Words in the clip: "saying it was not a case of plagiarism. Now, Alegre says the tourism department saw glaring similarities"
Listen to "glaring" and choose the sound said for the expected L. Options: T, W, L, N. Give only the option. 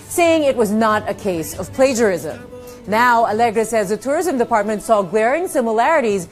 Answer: W